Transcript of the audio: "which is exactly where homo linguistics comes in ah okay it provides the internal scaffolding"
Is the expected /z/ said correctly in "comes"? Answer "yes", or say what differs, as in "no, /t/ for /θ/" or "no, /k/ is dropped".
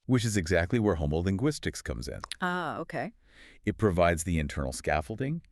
yes